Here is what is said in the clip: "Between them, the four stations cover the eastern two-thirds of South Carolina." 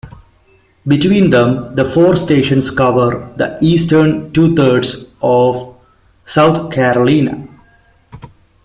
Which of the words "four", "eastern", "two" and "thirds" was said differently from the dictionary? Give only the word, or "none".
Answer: thirds